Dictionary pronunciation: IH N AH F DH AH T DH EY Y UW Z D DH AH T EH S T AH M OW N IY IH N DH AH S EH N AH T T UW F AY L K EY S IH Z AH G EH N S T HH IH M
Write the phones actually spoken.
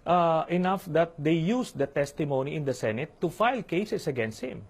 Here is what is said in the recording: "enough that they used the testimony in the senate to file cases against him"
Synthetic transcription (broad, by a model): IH N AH F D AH T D EY Y UW S D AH T EH S T AH M OW N IY IH N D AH S EH N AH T T UW F AY L K EY S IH S AH G EH N S T HH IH M